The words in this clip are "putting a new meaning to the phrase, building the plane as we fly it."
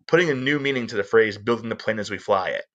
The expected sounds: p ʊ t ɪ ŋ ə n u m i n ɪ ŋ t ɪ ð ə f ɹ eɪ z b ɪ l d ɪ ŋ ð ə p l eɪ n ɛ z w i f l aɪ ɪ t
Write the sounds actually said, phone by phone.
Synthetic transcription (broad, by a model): p ʊ t ɪ ŋ ə n u m i n ɪ ŋ t ɪ ð ə f ɹ eɪ z b ɪ l d ɪ ŋ ð ə p l eɪ n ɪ z w i f l aɪ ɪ t